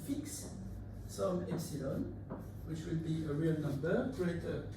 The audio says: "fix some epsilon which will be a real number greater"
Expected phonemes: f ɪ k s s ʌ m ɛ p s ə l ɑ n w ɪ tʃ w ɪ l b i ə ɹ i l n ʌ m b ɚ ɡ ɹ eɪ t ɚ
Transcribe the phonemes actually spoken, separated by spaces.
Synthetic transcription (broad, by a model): f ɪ k s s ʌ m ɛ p s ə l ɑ n w ɪ tʃ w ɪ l b i ə ɹ i l n ʌ m b ɚ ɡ ɹ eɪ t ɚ